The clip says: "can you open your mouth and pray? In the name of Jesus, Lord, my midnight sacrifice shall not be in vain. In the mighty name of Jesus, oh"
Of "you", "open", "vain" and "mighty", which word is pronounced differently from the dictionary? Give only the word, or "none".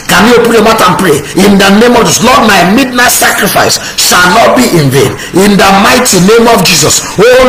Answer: none